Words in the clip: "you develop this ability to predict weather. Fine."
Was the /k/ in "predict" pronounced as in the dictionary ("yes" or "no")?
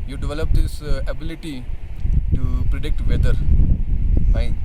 yes